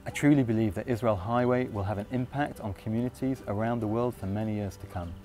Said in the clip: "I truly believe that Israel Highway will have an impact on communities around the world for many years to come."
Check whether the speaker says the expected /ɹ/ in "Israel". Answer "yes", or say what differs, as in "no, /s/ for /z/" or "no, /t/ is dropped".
yes